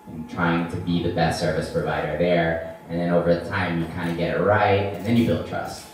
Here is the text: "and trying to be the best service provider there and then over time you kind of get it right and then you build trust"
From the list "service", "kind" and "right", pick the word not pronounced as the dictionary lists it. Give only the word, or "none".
none